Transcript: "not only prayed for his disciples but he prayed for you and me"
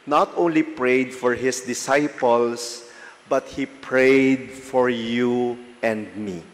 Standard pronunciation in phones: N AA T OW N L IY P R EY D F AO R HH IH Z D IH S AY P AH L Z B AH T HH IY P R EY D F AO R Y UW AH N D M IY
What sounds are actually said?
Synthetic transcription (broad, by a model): N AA T OW N L IY P R EY D F AO R HH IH S D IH S AY P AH L S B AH T HH IY P R EY D F AO R Y UW AH N D M IY